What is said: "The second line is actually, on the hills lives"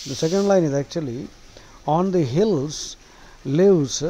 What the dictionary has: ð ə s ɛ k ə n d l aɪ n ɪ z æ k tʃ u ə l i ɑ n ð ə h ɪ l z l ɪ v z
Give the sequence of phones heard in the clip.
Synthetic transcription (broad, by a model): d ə s ɛ k ə n d l aɪ n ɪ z æ k tʃ u ə l i ɑ n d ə h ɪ l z l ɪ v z